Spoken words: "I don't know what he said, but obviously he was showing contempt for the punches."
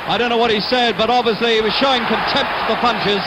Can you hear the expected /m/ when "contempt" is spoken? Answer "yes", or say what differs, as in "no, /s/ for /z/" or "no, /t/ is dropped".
yes